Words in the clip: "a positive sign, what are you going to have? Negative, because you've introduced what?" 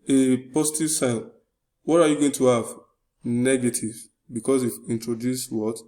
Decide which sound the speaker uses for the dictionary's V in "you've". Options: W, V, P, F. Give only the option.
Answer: F